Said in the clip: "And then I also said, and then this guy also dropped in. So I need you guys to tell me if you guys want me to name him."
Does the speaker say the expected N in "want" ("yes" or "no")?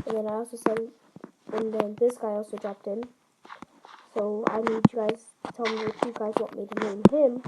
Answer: no